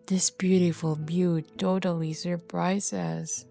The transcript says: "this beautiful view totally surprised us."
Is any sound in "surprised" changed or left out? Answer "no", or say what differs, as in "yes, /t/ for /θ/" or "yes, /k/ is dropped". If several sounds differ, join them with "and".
yes, /d/ is dropped